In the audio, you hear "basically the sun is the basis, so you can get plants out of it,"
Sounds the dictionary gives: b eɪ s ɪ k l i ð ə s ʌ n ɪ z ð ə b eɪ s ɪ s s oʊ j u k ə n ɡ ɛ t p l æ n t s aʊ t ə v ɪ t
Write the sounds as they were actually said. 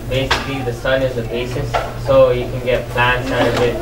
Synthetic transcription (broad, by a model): b eɪ s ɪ k l i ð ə s ʌ n ɪ z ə b eɪ s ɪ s s oʊ j u k ə n ɡ ɛ t p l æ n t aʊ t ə b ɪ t